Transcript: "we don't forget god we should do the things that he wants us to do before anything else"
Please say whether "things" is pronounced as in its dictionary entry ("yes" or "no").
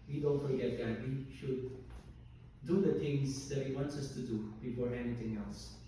no